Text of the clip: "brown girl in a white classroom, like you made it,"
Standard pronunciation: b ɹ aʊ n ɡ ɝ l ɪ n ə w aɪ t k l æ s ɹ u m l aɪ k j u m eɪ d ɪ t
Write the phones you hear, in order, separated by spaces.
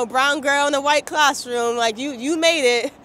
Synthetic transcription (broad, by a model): b ɹ aʊ n ɡ ɝ l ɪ n ə w aɪ t k l æ s ɹ u m l aɪ k j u m eɪ d ɪ t